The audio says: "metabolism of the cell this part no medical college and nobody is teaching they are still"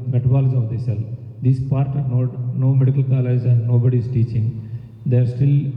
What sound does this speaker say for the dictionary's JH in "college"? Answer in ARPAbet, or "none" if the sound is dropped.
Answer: Z